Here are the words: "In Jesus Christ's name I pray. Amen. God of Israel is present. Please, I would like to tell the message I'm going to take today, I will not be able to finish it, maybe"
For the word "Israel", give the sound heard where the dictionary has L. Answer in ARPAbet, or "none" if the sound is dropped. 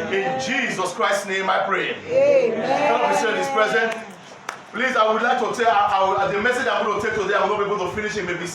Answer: N